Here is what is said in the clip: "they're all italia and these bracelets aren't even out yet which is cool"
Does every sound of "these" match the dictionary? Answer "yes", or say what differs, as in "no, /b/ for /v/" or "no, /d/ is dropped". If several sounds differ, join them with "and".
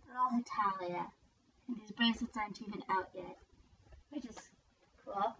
yes